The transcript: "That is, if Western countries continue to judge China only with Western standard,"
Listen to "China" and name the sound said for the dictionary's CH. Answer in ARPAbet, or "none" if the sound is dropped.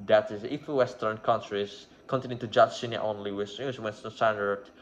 S